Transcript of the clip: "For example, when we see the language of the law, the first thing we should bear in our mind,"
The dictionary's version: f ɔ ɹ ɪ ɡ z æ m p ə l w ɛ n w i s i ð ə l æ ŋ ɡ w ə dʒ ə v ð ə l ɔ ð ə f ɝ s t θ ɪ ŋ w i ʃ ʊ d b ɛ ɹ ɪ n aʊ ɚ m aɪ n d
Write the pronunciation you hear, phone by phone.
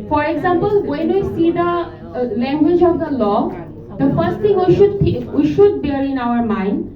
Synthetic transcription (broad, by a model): f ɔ ɹ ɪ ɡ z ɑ m p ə l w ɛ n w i s i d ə l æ ŋ ɡ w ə dʒ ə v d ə l ɔ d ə f ɝ s t t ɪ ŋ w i ʃ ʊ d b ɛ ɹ ɪ n aʊ ɚ m aɪ n d